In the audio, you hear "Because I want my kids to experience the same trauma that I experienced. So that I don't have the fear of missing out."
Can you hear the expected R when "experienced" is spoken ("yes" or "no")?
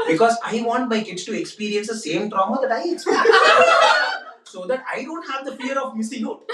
no